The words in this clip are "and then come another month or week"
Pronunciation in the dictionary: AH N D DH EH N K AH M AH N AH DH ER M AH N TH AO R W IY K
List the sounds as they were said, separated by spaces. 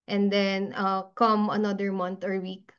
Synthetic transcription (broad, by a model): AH N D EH N K AH M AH N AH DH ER M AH N T AO R W IY K